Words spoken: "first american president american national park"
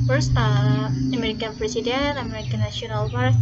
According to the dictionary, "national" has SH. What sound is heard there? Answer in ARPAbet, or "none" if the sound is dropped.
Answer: none